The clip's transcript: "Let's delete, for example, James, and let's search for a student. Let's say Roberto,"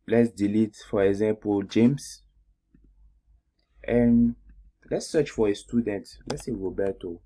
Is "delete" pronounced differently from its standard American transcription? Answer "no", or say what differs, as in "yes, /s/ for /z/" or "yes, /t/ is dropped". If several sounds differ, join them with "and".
no